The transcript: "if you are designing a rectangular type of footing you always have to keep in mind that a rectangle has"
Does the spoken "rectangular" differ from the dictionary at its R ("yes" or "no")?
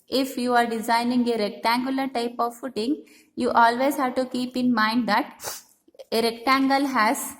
no